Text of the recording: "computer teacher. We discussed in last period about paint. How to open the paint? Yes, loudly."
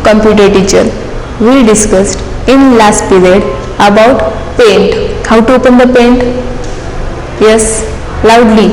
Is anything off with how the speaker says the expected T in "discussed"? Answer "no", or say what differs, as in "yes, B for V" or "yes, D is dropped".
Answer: no